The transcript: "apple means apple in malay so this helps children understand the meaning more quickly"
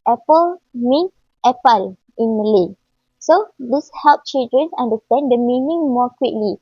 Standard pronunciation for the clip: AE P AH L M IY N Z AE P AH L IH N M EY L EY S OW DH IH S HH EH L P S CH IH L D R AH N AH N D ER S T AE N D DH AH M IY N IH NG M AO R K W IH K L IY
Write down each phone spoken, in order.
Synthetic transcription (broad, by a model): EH P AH L M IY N EH P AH L IH N M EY L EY S OW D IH S HH EH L P CH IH L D R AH N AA N D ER S T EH N D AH M IY N IH NG M AO K W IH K L IY